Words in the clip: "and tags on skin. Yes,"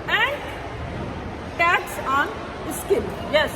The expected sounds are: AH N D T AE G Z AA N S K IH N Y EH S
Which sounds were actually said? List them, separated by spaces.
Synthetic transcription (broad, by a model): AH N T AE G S AA N S K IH L Y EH S